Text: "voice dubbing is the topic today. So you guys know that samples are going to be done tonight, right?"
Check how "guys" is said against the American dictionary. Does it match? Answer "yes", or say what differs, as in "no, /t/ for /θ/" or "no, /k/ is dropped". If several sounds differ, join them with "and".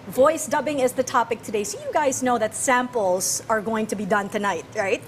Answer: yes